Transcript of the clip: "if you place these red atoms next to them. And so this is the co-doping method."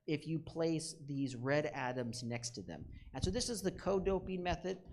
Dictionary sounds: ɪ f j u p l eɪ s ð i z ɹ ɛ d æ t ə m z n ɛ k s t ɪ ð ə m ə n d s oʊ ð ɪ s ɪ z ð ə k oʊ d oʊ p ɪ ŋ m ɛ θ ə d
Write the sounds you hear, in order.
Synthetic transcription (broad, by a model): ɪ f j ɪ p l eɪ s ð i z ɹ ɛ d æ t ə m z n ɛ k s t ɪ ð ə m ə n s oʊ ð ɪ s ɪ z ð ə k oʊ d oʊ p ɪ ŋ m ɛ θ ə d